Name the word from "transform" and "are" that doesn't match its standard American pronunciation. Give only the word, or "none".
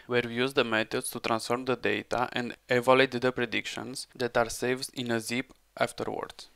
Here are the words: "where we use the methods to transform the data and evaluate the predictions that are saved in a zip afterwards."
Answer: none